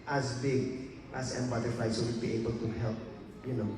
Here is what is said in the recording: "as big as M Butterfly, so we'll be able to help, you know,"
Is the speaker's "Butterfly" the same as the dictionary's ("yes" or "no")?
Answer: no